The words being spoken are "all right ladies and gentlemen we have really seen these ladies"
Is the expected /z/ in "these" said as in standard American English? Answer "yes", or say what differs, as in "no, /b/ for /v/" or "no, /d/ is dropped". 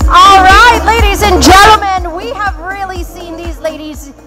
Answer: yes